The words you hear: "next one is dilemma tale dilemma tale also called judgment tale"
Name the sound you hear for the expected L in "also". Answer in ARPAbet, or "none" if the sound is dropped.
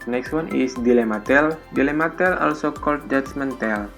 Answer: L